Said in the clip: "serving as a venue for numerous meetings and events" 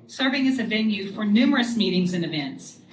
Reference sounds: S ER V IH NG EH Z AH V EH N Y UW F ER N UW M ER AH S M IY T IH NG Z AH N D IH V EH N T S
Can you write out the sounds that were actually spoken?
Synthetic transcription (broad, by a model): S ER V IH NG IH Z AH V EH N Y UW F ER N UW M ER AH S M IY T IH NG Z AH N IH V EH N T S